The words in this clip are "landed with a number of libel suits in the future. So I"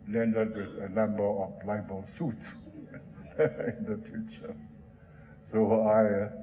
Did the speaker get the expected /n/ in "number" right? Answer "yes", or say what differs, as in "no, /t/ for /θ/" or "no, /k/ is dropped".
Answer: no, /l/ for /n/